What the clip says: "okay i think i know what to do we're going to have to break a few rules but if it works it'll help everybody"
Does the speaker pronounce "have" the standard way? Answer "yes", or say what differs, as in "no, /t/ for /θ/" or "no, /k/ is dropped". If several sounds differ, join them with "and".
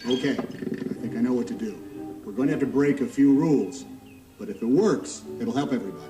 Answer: no, /f/ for /v/